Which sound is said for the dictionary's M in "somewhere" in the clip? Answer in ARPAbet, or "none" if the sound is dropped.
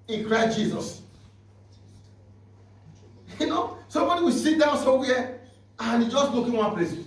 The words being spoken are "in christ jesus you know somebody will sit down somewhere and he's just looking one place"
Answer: none